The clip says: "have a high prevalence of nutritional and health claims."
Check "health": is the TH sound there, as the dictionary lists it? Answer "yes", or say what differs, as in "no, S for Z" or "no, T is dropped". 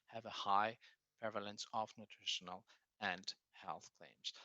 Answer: yes